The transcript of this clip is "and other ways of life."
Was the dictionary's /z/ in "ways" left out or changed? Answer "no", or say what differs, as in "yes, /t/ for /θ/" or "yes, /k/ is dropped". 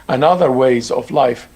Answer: no